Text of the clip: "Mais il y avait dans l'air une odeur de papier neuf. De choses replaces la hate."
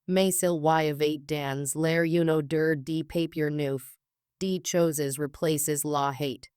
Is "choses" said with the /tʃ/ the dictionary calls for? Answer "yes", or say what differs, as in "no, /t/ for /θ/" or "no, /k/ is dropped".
yes